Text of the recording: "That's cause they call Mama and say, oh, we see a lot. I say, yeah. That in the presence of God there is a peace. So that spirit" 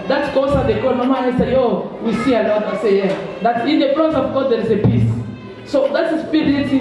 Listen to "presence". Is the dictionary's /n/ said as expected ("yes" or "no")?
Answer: no